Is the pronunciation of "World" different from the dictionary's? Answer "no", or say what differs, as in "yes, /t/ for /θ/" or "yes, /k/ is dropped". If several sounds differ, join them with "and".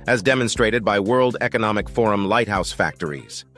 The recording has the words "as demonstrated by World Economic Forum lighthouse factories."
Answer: no